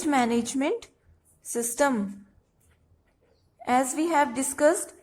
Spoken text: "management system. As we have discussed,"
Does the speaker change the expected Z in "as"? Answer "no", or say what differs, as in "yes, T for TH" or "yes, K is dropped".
no